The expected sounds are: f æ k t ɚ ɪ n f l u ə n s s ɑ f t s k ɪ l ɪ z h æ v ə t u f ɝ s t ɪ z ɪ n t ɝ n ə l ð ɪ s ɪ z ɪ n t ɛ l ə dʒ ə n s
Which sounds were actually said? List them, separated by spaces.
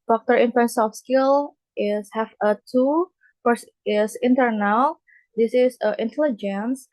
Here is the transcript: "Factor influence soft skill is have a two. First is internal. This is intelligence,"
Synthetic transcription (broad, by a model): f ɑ k t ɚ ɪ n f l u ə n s s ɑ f s k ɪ l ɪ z h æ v ə t u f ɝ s ɪ s ɪ n t ɝ n ə l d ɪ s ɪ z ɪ n t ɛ l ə dʒ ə n s